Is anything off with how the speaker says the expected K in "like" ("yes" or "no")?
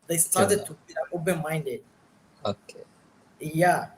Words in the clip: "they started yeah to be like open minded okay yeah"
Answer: yes